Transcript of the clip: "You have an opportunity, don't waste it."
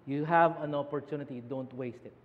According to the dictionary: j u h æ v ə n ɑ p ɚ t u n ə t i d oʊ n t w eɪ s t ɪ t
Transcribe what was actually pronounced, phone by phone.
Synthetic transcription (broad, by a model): j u h æ v ə n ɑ p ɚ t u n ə t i d oʊ n t w eɪ s t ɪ t